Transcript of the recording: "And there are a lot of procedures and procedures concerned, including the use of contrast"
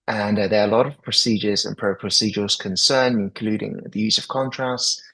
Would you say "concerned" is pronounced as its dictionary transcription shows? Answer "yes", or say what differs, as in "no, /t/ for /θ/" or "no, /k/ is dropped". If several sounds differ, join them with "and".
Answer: no, /d/ is dropped